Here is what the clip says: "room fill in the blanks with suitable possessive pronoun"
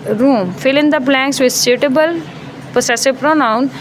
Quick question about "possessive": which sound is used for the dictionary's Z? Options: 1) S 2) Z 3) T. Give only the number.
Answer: 1